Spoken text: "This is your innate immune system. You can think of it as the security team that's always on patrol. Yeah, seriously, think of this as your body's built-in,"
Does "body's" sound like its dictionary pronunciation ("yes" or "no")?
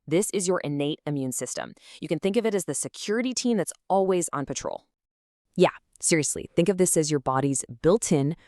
yes